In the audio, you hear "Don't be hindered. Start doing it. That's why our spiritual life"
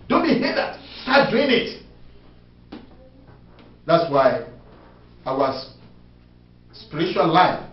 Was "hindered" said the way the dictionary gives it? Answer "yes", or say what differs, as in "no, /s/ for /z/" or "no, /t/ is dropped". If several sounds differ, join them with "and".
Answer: no, /n/ is dropped